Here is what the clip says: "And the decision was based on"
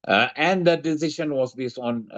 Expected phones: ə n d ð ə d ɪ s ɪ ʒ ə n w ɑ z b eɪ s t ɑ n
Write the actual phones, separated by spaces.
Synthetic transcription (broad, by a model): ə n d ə d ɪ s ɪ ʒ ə n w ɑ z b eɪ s ɑ n